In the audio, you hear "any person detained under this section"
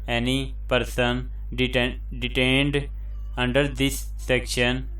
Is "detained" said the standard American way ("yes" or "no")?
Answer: yes